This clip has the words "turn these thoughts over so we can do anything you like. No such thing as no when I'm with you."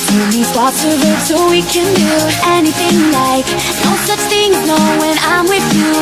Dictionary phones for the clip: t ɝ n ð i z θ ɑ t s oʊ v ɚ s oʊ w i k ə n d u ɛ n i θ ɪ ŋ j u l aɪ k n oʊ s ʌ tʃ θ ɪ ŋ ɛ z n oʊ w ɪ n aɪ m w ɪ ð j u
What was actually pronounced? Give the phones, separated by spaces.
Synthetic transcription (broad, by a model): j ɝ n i θ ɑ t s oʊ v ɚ s oʊ w i k ə n d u ɛ n i θ ɪ ŋ l aɪ k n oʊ s ʌ tʃ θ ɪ ŋ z n oʊ w ɪ n aɪ m w ɪ ð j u